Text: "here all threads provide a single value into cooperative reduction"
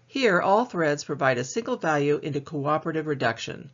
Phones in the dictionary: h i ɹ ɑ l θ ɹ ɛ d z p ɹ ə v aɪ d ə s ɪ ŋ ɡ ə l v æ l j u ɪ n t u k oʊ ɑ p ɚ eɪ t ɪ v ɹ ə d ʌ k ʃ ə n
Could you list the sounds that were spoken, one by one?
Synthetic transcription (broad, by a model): h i ɹ ɑ l θ ɹ ɛ d z p ɹ ə v aɪ d ə s ɪ ŋ ɡ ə l v æ l j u ɪ n t u k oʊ ɑ p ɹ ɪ t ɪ v ɹ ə d ʌ k ʃ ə n